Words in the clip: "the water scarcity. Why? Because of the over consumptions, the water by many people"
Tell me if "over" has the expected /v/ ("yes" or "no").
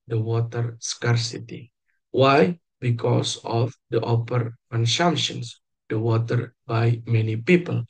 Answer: no